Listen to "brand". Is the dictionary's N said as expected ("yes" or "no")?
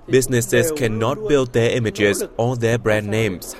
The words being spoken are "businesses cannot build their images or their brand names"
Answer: yes